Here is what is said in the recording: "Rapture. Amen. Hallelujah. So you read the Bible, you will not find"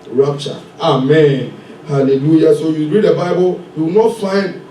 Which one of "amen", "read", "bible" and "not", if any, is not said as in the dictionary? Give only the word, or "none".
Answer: none